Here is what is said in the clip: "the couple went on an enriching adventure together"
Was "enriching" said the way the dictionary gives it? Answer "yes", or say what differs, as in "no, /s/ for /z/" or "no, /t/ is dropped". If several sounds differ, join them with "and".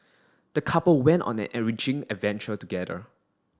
no, /n/ is dropped